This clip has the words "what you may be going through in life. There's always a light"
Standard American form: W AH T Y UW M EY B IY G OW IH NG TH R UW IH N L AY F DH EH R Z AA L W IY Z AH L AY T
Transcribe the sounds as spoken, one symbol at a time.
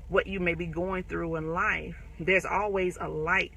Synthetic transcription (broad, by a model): W AH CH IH M EY B IY G OW IH NG TH R UW IH N L AY F DH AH R Z AA L W IY Z AH L AY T